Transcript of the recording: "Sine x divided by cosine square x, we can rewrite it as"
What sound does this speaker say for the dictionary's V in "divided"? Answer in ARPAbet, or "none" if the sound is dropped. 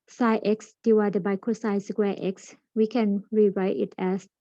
W